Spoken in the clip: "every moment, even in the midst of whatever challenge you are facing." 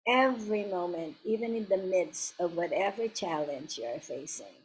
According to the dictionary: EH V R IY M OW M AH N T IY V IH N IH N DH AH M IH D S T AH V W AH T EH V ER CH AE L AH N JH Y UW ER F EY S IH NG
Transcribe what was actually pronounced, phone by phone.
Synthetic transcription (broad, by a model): EH V R IY M OW M AH N T IY V IH N IH N DH AH M IH D S T AH V W AH T EH V ER CH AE L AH N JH Y UW ER F EY S IH NG